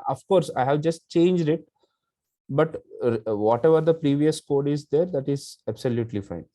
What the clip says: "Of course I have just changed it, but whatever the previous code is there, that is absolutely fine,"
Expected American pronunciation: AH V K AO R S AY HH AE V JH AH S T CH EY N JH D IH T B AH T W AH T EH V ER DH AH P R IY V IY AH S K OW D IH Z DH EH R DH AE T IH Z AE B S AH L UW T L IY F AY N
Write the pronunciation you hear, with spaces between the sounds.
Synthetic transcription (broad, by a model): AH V K AO R S AY HH AE V JH AH S T CH EY N JH D IH T B AH T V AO T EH V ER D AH P R IY V IY AH S K OW D IH Z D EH R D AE T IH Z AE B S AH L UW T L IY F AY N